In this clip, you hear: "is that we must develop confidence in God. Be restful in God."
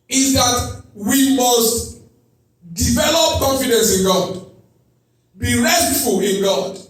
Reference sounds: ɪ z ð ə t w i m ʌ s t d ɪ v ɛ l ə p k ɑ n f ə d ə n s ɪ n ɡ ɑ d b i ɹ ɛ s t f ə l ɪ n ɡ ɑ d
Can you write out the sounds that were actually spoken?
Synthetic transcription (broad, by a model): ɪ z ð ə t w i m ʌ s t d ɪ v ɛ l ə p k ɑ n f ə d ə n s ɪ n ɡ ɑ d b i ɹ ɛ t f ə l ɪ n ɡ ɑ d